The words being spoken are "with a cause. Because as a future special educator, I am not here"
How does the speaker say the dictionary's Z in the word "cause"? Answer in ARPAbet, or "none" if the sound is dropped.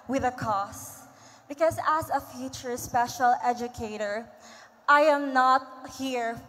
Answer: S